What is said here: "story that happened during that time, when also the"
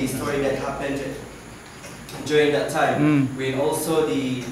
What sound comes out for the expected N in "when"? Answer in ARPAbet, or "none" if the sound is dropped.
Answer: none